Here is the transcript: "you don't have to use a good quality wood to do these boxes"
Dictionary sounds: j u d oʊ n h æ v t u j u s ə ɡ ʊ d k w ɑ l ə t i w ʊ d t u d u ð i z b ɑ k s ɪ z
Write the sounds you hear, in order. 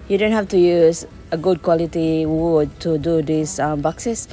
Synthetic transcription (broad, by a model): j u d oʊ n h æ f t u j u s ə ɡ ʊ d k w ɑ l ə t i w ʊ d t u d u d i s b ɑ k s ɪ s